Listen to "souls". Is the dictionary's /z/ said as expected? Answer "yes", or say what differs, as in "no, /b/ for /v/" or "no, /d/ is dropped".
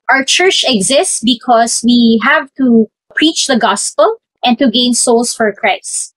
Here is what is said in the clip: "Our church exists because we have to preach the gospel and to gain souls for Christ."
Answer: no, /s/ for /z/